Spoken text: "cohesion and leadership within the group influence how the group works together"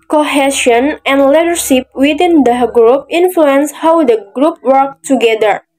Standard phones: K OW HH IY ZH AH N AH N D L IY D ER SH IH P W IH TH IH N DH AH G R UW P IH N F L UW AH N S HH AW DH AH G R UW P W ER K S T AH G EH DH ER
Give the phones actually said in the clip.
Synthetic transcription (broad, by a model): K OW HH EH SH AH N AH N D L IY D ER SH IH P W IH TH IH N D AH G R UW P IH N F L UW AH N S HH AW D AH G R UW P W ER K T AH G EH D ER